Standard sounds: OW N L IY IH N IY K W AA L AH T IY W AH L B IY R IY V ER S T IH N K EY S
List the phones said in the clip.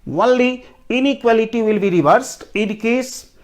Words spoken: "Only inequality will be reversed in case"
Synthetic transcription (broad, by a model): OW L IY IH N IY K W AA L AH T IY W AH L B IY R IY V ER S T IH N K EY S